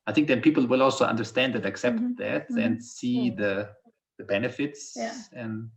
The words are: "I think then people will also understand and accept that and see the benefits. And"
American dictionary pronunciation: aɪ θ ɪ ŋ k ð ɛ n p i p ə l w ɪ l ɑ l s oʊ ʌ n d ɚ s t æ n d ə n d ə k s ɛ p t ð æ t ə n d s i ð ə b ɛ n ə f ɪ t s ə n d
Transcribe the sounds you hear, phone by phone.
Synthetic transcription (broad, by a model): aɪ θ ɪ ŋ k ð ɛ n p i p l w ɪ l ɑ l s oʊ ʌ n d ɚ s t æ n d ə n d ə k s ɛ p t ð æ t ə n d s i ð ə b ɛ n ə f ɪ t s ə n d